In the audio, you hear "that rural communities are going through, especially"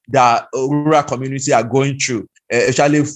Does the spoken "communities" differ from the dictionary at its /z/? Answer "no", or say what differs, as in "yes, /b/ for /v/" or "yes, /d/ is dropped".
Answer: yes, /z/ is dropped